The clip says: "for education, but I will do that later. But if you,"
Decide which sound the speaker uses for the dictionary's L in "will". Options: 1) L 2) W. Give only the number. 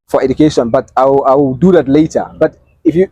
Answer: 2